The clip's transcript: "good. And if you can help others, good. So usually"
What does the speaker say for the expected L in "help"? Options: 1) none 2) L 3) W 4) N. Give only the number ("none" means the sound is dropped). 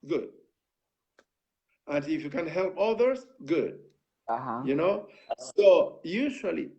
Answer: 2